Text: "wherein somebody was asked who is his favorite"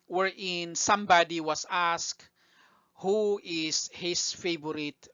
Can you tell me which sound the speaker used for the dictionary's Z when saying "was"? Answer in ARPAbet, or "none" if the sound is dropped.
S